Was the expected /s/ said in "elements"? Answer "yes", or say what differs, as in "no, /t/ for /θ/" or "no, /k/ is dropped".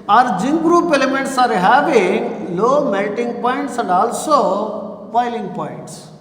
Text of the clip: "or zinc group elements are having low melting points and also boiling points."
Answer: yes